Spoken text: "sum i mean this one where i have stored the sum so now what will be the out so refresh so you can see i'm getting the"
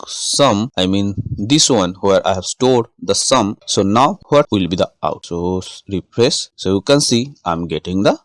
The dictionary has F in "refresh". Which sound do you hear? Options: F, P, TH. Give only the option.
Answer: P